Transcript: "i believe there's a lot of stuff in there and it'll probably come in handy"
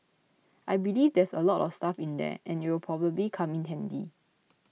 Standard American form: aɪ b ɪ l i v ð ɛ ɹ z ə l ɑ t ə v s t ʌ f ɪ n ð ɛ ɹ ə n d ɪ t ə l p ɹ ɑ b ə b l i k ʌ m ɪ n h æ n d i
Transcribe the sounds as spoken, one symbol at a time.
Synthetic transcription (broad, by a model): aɪ b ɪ l i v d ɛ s ə l ɑ t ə f s t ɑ f ɪ n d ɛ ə n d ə w p ɹ ɑ b ə b l i k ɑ m ɪ n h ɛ n d i